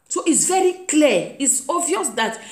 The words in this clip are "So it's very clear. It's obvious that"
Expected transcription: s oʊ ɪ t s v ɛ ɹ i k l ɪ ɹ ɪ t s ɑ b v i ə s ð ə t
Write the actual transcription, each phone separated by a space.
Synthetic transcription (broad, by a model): s oʊ ɪ t s v ɛ ɹ i k l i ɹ ɪ t s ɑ v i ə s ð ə t